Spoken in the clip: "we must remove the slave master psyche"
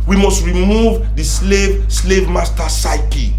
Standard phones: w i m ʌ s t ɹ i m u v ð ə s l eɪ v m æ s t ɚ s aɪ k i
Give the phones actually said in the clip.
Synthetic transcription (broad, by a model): w i m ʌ s t ɹ i m u v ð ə s l eɪ v m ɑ s t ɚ s aɪ k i